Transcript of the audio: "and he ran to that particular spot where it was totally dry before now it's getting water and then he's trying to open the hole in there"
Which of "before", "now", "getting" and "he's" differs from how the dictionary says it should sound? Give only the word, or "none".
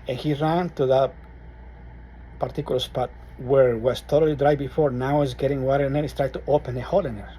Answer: he's